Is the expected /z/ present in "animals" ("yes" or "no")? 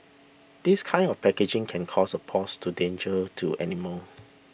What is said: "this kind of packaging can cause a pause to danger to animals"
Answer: no